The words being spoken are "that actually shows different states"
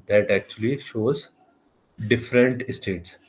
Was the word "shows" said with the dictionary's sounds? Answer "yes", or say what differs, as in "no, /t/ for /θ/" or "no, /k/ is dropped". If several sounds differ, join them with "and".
yes